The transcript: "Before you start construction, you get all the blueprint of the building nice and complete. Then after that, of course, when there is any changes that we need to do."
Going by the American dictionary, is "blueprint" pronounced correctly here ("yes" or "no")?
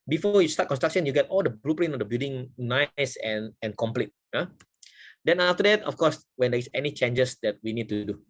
no